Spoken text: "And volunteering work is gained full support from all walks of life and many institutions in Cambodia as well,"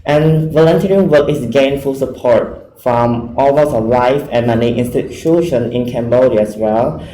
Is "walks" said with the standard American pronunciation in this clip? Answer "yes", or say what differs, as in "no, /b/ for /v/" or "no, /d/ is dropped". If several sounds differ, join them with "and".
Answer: no, /k/ is dropped